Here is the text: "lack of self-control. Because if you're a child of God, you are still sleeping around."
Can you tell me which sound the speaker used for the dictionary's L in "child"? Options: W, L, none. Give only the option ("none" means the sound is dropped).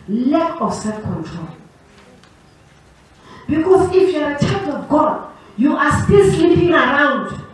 none